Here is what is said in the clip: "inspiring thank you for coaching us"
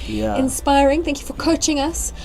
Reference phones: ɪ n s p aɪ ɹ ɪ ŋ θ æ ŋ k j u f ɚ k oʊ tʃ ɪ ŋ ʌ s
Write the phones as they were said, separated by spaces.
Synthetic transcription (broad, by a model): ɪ n s p aɪ ɹ ɪ ŋ θ æ ŋ k j u f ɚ k oʊ tʃ ɪ ŋ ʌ s